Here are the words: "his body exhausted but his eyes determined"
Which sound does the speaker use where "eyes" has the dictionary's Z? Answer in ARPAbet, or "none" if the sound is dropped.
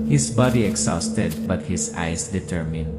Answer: S